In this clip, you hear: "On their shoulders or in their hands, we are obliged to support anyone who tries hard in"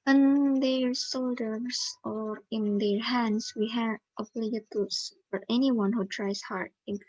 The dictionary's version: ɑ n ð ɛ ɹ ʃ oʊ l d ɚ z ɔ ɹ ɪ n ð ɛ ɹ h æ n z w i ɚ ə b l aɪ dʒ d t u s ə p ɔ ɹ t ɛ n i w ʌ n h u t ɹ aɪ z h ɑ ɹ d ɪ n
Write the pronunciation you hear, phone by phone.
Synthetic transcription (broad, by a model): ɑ n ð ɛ ɹ s oʊ l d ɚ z ɔ ɹ ɪ n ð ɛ ɹ h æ n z w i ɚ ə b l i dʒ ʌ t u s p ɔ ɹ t ɛ n i w ʌ n h u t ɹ aɪ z h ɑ ɹ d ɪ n